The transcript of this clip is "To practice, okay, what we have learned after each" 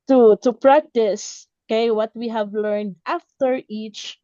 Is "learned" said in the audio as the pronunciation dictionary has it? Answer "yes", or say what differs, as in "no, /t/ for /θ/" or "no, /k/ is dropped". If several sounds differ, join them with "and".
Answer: yes